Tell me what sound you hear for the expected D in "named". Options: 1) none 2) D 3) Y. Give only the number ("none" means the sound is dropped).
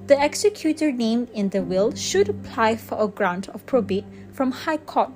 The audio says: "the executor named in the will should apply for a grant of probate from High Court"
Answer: 1